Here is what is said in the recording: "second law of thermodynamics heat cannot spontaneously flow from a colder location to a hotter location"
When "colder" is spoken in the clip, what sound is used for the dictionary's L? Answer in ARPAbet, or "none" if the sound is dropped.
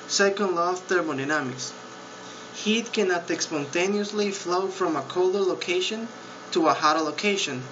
L